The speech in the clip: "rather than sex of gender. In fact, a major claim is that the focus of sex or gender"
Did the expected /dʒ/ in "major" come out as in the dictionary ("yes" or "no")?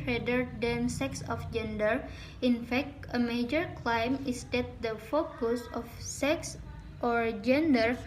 yes